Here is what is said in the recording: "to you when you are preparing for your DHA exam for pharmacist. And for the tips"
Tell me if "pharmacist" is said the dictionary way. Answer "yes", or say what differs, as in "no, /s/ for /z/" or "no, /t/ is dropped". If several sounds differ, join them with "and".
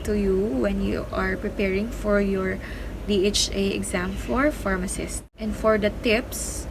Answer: yes